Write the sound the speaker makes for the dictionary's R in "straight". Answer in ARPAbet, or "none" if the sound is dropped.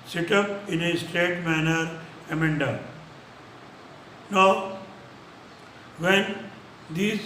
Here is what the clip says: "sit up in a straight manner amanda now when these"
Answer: none